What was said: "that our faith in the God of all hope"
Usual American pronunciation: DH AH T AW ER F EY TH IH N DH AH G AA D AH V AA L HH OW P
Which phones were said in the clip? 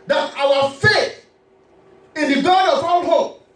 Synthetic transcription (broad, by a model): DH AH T AW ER F EY TH IH N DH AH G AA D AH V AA N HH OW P